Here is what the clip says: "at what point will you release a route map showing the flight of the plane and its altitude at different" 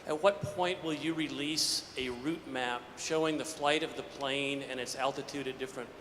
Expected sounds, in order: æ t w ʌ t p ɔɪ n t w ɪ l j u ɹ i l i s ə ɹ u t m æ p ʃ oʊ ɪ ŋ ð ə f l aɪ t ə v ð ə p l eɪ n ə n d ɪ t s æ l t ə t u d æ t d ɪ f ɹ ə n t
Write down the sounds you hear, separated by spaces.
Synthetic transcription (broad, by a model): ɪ t w ʌ t p ɔɪ n t w ɪ l j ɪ ɹ i l i s ə ɹ u t m æ p ʃ oʊ ɪ ŋ ð ə f l aɪ t ə v ð ə p l eɪ n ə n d ɪ t s æ l t ə t u d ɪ d ɪ f ɹ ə n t